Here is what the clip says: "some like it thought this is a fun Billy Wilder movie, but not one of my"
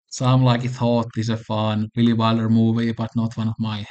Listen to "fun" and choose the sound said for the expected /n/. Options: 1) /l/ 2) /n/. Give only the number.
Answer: 2